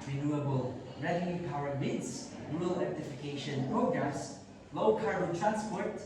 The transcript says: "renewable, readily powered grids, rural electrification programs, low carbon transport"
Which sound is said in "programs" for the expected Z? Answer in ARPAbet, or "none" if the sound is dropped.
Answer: S